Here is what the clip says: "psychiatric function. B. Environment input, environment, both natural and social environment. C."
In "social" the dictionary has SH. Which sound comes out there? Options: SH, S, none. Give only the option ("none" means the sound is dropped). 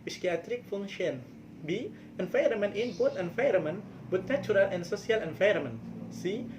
S